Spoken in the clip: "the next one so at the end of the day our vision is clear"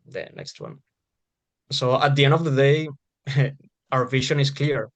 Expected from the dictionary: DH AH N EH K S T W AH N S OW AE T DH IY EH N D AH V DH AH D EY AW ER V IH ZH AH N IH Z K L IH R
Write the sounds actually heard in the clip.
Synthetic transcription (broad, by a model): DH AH N EH K S T W AH N S OW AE T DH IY EH N D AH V DH AH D EY AW ER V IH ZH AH N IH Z K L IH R